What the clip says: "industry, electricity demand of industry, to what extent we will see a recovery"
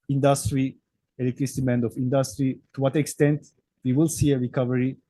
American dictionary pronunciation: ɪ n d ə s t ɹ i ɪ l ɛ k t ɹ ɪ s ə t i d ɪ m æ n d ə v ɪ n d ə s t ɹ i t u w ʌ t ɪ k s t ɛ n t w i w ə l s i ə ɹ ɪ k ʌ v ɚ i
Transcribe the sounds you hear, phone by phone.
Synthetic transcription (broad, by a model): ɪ n d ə s t ɹ i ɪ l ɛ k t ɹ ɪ s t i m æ n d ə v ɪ n d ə s t ɹ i t u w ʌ t ɪ k s t ɛ n t w i w ə l s i ə ɹ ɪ k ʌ v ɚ i